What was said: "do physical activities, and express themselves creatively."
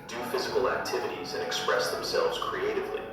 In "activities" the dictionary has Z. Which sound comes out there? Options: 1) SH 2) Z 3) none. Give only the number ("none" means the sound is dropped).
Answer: 2